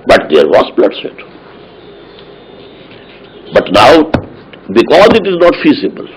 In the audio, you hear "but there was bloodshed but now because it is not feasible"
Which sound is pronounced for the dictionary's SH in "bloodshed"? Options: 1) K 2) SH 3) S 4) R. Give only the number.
3